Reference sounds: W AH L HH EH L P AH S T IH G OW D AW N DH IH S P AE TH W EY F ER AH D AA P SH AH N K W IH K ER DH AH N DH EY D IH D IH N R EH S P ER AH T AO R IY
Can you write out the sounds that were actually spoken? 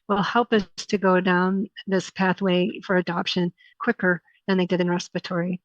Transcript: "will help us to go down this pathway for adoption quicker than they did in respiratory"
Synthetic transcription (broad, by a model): W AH L HH EH L P AH S T IH G OW D AW N DH IH S P AE TH W EY F ER AH D AA P SH AH N K W IH K ER DH AH N DH EY D IH D IH N R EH S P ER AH T AO R IY